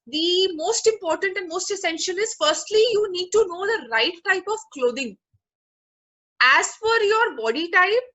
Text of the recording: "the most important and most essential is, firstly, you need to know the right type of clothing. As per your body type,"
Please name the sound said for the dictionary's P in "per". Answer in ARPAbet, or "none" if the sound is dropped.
F